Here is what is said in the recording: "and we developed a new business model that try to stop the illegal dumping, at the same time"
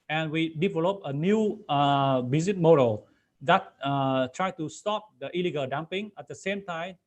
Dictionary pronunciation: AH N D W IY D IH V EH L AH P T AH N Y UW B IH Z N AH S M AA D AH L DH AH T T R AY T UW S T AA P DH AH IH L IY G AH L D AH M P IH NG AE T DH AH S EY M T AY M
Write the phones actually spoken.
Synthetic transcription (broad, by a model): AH N W IY D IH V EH L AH P AH N Y UW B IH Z AH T M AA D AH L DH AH T T R AY T UW S T AA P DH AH IH L IY G AH L D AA M P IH NG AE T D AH S EY M T AY M